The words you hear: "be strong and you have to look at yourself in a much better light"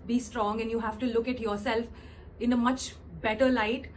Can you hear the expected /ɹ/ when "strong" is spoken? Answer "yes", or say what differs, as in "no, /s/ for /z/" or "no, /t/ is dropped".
yes